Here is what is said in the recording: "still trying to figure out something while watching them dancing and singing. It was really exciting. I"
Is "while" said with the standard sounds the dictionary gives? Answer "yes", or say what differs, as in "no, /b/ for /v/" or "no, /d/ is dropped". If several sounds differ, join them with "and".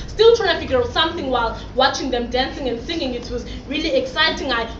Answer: yes